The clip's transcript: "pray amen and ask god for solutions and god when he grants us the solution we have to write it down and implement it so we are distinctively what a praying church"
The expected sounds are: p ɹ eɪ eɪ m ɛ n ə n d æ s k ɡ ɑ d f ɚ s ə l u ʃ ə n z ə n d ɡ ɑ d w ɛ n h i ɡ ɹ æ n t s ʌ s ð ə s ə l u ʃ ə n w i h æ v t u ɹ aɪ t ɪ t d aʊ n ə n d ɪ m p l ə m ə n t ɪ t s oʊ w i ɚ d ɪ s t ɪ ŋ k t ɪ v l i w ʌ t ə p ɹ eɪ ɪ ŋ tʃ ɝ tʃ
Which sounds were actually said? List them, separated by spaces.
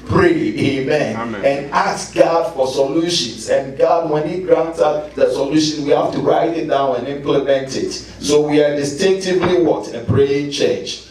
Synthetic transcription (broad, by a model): p ɹ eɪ eɪ m ɛ n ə n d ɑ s ɡ ɑ d f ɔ s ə l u ʃ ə n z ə n ɡ ɑ d w ɛ n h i ɡ ɹ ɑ n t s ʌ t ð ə s ə l u ʃ ə n w i h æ f t u ɹ aɪ t ɪ t d aʊ n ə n ɪ m p l ə m ə n t ɪ t s oʊ w i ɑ d ɪ s t ɪ ŋ k t ɪ v l i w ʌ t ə p ɹ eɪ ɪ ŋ tʃ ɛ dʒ